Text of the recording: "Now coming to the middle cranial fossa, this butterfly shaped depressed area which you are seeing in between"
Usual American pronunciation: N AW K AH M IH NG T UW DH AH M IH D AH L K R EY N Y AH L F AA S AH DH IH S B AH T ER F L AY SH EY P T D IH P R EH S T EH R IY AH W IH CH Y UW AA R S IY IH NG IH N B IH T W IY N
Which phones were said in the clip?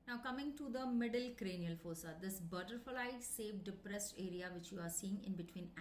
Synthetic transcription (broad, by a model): N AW K AH M IH NG T UW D AH M IH D AH L K R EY N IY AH L F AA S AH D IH S B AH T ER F L AY S EY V D IH P R EH S T EH R IY AH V IH CH Y UW AA R S IY IH NG IH N B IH T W IY N